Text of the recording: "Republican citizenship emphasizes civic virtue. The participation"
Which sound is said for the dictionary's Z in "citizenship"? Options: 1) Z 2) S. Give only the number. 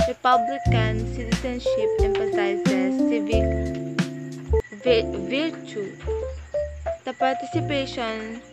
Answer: 2